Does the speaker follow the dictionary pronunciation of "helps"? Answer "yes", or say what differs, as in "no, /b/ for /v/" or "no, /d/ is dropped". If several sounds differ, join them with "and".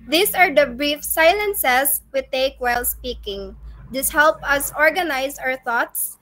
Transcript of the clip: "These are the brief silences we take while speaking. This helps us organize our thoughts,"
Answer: no, /s/ is dropped